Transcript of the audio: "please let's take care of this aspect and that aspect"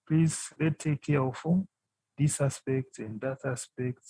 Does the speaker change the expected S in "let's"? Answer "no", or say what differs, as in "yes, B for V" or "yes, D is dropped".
yes, S is dropped